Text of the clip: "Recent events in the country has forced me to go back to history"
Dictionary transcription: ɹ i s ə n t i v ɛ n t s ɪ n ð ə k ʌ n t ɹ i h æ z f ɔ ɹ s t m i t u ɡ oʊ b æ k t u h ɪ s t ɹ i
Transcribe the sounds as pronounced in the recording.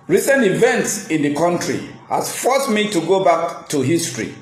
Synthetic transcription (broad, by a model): ɹ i s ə n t i v ɛ n t s ɪ n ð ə k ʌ n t ɹ i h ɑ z f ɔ s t m i t u ɡ oʊ b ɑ k t u h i s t ɹ i